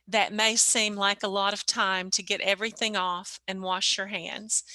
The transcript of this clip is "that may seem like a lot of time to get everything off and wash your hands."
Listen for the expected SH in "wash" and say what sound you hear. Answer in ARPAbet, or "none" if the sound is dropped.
SH